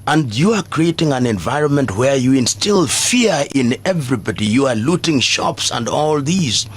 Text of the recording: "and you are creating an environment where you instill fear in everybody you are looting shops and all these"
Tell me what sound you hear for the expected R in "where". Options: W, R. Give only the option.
R